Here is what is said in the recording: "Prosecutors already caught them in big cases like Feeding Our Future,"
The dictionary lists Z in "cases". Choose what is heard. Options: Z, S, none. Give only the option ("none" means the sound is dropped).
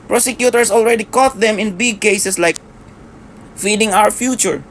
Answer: S